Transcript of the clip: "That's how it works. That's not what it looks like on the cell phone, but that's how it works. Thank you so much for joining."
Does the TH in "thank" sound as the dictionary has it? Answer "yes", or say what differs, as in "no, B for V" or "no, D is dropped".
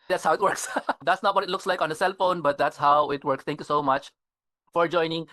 no, T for TH